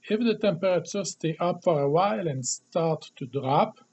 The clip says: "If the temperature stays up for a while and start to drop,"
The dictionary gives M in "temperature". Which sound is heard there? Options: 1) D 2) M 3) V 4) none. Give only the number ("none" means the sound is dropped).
4